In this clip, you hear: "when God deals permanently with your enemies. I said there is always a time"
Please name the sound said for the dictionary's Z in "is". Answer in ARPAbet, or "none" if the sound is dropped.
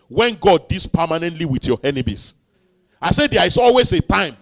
S